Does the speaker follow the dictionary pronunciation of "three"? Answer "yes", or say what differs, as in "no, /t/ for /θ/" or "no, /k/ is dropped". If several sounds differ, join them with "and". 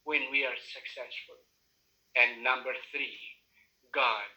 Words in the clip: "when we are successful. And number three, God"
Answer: yes